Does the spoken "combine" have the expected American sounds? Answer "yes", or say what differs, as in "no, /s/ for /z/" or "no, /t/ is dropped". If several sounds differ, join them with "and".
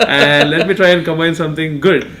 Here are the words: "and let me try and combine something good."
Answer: no, /b/ is dropped